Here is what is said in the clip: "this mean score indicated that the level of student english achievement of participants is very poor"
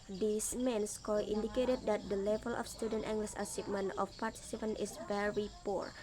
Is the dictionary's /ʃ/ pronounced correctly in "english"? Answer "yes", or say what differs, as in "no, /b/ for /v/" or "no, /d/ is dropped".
no, /s/ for /ʃ/